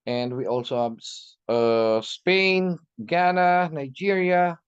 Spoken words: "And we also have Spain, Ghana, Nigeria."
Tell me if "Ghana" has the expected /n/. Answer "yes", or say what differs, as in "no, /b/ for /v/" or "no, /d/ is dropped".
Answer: yes